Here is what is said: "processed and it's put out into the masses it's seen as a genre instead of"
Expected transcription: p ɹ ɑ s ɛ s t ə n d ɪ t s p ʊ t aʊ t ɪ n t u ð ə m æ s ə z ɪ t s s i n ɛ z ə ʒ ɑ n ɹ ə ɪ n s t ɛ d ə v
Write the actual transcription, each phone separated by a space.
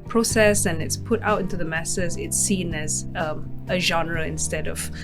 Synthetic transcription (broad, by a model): p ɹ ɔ s ɛ s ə n ɪ t s p ʊ t aʊ t ɪ n t u ð ə m æ s ə z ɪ t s s i n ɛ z ə ʒ ɑ n ɹ ə ɪ n s t ɛ d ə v